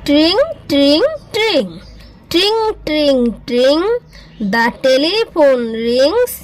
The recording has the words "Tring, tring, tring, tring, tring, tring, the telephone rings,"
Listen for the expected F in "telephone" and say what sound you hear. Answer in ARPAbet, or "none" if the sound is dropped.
P